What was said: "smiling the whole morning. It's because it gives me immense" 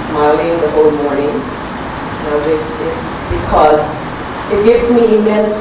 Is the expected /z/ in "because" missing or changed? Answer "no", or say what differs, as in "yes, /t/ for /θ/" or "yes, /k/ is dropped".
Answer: no